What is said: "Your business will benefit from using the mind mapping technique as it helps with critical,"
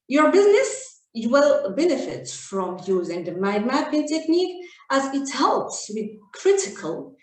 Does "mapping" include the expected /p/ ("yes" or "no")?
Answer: no